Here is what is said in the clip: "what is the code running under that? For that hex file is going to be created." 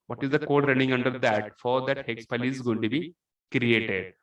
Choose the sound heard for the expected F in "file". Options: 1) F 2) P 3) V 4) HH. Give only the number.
2